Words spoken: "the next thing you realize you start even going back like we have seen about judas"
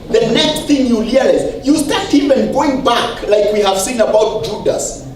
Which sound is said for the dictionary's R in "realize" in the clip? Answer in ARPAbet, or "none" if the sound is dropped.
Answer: L